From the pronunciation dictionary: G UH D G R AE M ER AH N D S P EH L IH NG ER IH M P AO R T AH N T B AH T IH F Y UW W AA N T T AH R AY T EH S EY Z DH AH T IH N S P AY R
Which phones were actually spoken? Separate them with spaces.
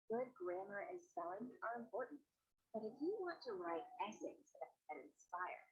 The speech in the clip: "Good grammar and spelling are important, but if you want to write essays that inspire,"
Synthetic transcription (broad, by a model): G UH D G R AE M ER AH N S EH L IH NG ER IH M P AO R T N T B AH T IH F Y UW W AA N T T AH R AY T EH S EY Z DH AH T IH N S P AY R